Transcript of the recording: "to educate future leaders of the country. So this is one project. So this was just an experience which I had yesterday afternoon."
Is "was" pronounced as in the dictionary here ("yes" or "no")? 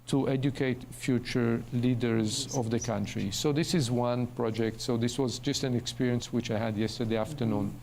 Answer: yes